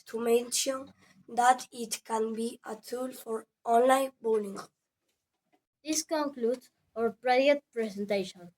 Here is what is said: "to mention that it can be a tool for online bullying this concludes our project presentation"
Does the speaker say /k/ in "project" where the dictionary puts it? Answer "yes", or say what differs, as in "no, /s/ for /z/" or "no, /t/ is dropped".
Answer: no, /k/ is dropped